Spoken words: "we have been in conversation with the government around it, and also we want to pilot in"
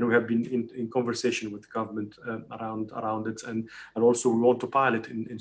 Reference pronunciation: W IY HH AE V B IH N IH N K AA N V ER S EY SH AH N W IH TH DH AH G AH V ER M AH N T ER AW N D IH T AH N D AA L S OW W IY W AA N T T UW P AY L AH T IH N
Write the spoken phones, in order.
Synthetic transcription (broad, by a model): W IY HH AE V B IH N IH N K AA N V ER S EY SH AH N W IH DH AH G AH V ER M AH N T ER AW N D IH T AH N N AA L S OW W IY W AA N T T UW P AY L AH T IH N